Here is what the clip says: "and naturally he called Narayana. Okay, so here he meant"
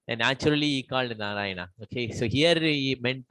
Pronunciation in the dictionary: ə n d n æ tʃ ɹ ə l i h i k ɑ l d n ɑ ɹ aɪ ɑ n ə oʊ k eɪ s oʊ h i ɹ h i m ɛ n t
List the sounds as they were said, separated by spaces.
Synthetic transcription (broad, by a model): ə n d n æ tʃ ə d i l i k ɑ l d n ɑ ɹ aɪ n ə oʊ k eɪ s oʊ h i ɹ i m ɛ n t